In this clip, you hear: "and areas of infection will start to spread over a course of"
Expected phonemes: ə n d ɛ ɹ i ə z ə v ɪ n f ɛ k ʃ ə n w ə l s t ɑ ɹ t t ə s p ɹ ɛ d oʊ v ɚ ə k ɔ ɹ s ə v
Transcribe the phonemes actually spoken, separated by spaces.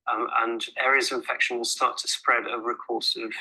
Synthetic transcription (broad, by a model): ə n ɛ ɹ i ə z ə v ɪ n f ɛ k ʃ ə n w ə s t ɑ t t ə s p ɹ ɛ d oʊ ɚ ə k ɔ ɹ s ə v